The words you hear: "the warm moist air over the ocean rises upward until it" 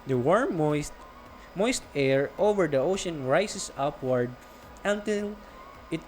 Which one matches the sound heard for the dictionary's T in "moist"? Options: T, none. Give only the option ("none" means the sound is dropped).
T